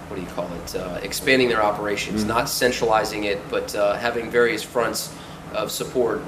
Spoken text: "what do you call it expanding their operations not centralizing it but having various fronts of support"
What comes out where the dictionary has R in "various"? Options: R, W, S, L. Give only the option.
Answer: R